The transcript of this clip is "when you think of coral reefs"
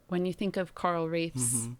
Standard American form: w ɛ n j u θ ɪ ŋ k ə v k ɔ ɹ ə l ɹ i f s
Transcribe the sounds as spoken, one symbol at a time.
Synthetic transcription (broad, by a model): w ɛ n j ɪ θ ɪ ŋ k ə v k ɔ ɹ l ɹ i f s